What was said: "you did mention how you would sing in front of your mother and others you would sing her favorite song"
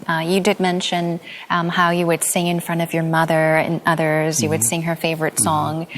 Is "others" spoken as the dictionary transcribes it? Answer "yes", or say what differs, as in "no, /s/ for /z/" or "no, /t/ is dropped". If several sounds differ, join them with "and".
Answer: yes